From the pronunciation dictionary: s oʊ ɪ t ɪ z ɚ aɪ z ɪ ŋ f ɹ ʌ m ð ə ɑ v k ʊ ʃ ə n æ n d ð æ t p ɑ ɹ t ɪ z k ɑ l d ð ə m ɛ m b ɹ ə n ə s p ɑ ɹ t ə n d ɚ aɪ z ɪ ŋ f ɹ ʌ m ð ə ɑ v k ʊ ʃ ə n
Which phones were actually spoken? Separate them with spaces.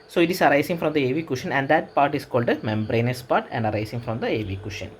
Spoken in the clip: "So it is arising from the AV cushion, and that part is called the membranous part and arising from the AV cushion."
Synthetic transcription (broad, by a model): s oʊ ɪ t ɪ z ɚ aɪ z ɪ ŋ f ɹ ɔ m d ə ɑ v k ʊ ʃ ə n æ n d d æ t p ɑ ɹ t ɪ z k ɑ l d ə m ɛ m b ɹ ə n ə s p ɑ ɹ t ə n d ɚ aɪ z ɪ ŋ f ɹ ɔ m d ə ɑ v k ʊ ʃ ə n